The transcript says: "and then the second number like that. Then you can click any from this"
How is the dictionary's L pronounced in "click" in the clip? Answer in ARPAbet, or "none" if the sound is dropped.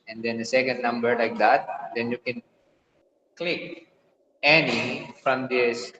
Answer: L